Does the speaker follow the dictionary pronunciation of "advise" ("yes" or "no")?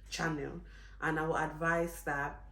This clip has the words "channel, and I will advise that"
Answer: no